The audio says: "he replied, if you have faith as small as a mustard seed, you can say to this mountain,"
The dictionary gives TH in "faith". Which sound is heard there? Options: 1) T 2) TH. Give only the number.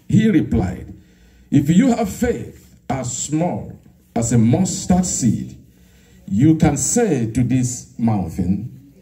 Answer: 2